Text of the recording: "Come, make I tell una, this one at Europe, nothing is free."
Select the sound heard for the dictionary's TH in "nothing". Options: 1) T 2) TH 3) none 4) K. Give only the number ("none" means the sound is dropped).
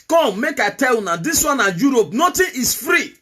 1